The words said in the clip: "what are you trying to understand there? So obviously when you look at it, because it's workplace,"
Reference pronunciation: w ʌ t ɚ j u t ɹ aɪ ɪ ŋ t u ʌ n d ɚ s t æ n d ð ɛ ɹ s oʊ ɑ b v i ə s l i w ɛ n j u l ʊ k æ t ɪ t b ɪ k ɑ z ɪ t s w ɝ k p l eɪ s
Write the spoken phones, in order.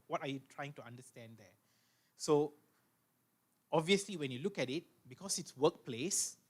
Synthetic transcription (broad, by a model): w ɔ t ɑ j u t ɹ aɪ ɪ ŋ t u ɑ n d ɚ s t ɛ n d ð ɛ s oʊ ɑ b v i ə s l i w ɛ n j u l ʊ k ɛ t ɪ t b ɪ k ɑ s ɪ t s w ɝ k p l eɪ s